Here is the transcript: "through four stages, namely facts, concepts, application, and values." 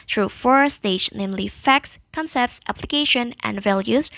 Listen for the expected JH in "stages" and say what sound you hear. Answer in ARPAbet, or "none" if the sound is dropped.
none